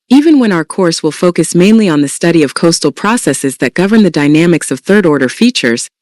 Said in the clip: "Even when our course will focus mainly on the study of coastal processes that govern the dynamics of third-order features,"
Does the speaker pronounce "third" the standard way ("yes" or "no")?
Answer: yes